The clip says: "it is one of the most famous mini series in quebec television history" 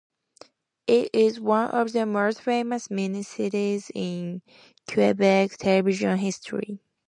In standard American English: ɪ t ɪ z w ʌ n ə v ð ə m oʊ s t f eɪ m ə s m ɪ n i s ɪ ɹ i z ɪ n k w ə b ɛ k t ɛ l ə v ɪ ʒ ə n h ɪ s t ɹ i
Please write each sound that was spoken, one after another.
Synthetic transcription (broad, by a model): ɪ t ɪ z w ʌ n ə v ð ə m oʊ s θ f eɪ m ə s m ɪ n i s ɪ ɹ i z ɪ n k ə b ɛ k t ɛ l ə v ɪ ʒ ə n h ɪ s t ɹ i